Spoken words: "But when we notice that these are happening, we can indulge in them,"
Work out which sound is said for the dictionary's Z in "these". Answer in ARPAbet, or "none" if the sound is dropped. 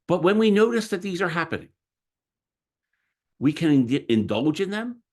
Z